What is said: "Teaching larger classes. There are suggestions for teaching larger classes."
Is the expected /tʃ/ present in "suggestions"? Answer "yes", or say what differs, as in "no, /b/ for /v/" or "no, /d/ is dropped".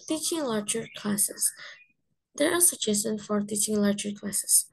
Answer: no, /tʃ/ is dropped